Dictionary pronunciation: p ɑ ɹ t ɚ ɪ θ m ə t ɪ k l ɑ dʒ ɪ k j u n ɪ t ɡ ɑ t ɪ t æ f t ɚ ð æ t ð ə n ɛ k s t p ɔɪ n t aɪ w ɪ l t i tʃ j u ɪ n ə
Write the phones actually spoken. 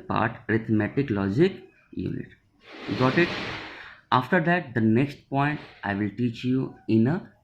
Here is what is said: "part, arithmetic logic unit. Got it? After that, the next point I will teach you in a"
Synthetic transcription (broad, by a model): p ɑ ɹ t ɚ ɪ t m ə t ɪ k l ɑ dʒ ɪ k j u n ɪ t ɡ ɑ t ɪ t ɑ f t ɚ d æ t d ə n ɛ k s t p ɔɪ n t aɪ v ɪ l t i tʃ j u ɪ n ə